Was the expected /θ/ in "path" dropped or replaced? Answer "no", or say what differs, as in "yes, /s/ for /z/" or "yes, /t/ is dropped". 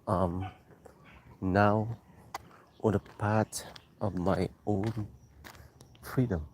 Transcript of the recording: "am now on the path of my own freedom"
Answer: yes, /t/ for /θ/